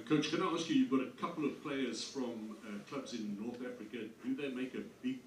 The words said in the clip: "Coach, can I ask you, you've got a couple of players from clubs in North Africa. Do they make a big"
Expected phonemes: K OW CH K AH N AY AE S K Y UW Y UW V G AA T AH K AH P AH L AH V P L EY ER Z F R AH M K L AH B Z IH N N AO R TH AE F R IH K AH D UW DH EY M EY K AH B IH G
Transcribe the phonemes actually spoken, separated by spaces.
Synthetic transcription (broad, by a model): K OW CH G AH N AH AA S K Y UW Y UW V G AA T AH K AH P L AH V P L EY ER Z F R AH M K L AH B Z IH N N AO R TH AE F R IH K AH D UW DH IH M EY K AH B IH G